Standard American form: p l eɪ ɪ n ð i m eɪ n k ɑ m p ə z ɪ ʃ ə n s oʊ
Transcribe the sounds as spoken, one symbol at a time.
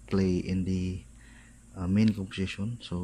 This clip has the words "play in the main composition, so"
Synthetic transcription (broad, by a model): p l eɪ ɪ n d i m eɪ n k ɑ p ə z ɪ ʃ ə n s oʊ